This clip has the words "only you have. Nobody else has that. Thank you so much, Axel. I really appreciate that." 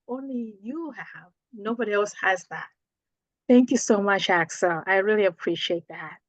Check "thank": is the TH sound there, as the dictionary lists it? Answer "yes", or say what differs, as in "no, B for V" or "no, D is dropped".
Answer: yes